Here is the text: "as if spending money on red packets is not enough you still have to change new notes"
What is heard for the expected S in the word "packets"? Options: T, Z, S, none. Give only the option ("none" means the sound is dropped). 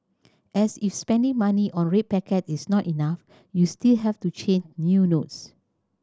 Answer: none